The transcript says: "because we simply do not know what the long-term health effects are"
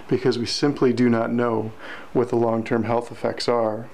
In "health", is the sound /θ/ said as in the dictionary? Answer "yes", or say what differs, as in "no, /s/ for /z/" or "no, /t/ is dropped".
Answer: yes